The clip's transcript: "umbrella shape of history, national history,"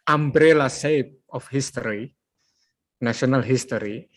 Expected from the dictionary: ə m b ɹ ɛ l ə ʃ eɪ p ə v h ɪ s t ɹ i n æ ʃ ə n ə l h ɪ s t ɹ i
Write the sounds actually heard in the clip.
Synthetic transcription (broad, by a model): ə m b ɹ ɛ l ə s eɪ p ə f h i s t ɹ i n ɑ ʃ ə n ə l h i s t ɹ i